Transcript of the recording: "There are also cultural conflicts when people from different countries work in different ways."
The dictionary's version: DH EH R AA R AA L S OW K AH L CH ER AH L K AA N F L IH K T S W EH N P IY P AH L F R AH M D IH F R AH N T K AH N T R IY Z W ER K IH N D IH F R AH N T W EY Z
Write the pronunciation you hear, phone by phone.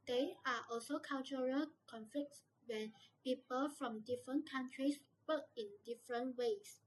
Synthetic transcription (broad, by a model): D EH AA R AA L S OW K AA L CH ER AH L K AA N F L IH K T S W EH N P IY P AH L F R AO M D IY F R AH N K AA N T R IY S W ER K IH N D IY F R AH N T W EY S